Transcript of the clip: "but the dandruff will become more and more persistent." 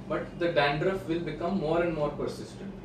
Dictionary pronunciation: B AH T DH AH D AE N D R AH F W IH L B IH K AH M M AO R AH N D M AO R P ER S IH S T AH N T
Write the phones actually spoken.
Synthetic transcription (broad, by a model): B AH T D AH D AE N D R AH F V IH L B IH K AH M M AO R AH N D M AO R P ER S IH S T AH N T